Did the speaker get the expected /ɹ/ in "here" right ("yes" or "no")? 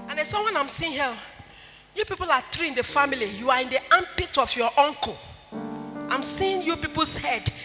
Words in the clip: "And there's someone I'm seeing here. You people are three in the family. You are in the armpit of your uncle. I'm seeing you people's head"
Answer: no